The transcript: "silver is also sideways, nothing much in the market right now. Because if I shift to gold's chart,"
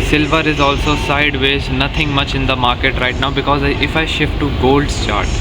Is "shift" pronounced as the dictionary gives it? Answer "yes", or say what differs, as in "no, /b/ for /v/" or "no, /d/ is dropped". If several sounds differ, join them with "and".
yes